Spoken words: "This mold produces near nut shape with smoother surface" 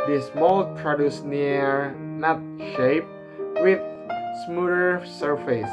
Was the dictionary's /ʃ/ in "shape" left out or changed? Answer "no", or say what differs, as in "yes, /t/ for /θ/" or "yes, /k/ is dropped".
no